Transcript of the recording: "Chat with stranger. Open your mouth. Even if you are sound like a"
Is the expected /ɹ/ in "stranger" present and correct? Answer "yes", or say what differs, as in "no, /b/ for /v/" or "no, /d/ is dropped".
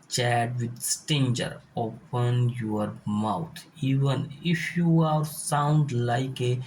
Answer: no, /ɹ/ is dropped